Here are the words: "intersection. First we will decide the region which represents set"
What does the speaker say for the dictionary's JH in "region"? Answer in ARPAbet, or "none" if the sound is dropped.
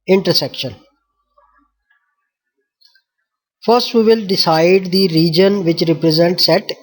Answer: JH